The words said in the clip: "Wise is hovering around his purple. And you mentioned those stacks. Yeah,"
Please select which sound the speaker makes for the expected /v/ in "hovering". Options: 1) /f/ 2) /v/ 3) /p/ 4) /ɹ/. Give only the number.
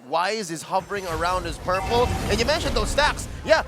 2